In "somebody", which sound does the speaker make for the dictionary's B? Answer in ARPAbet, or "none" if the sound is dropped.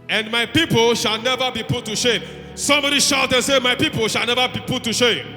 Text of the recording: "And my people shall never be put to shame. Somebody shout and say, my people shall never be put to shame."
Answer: none